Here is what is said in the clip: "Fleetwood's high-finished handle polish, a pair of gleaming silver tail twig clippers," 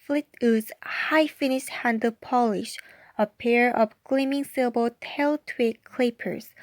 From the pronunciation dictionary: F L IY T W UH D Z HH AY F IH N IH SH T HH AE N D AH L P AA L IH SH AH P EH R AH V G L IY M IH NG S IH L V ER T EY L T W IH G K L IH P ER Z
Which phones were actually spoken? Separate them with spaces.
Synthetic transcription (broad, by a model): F L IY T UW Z HH AY F IH N IH SH T HH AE N D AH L P AA L IH SH AH P EH R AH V G L IY M IH NG S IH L B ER T EY L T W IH K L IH P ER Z